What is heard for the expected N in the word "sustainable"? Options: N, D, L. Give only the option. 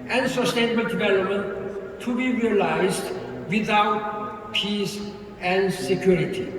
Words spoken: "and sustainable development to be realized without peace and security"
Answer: N